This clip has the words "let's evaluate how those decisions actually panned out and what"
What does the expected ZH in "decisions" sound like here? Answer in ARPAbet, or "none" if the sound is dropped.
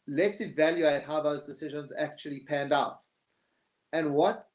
ZH